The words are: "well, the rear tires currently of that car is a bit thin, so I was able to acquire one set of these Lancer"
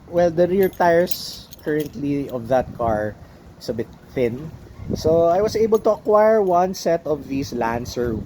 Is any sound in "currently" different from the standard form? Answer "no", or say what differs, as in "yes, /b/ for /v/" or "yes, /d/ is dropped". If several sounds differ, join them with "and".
no